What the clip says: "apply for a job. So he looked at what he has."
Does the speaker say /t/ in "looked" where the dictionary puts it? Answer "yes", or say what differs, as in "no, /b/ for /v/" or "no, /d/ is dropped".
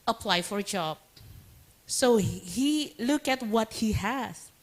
no, /t/ is dropped